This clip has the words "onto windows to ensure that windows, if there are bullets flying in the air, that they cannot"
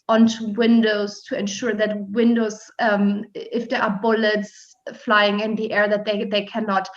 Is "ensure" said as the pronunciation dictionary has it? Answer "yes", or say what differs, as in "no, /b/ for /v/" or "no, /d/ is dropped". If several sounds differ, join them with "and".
yes